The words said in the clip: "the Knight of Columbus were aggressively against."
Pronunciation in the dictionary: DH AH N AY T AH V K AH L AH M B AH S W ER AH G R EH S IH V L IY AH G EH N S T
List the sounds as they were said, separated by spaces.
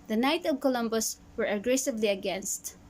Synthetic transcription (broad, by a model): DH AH N AY T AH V K AH L AH M B AH S W ER AH G R EH S IH V L IY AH G EH N S T